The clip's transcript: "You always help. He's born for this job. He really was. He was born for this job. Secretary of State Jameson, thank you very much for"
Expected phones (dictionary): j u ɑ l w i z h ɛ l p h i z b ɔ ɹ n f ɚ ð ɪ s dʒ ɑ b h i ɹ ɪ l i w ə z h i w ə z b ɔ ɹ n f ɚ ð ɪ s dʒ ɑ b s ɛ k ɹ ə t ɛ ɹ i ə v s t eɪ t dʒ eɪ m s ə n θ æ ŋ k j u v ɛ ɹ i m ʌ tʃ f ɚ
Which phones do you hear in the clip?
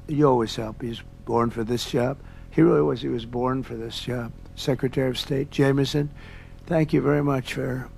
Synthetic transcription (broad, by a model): j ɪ ɑ l w i z h ɛ l p h i z b ɔ ɹ n f ɚ ð ɪ s dʒ ɑ b h i ɹ ɪ l i w ə z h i w ə z b ɔ ɹ n f ɚ ð ɪ s dʒ ɑ b s ɛ k ɹ ə t ɛ ɹ i ə v s t eɪ t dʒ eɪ m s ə n θ æ ŋ k j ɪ v ɛ ɹ i m ʌ tʃ f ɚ